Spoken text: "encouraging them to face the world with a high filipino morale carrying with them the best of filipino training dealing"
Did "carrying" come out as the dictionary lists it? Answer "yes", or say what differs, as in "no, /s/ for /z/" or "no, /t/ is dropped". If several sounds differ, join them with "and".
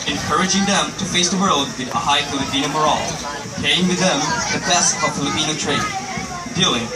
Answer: no, /ɹ/ is dropped